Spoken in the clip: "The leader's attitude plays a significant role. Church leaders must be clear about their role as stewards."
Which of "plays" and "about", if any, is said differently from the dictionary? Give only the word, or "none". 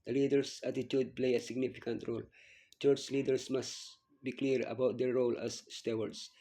plays